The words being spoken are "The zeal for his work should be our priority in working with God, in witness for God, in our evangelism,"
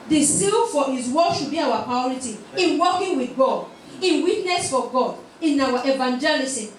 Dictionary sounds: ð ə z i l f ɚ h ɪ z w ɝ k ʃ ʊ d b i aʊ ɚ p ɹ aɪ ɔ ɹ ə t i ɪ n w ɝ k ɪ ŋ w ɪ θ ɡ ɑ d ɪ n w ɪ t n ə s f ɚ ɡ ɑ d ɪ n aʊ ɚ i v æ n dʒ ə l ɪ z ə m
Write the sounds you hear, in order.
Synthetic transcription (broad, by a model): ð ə s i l f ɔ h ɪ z w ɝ ʃ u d b i aʊ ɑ p ɹ aɪ ɔ ɹ ə t i ɪ n w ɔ k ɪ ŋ w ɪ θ ɡ ɑ d ɪ n w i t n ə s f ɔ ɡ ɑ d ɪ n aʊ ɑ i v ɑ n dʒ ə l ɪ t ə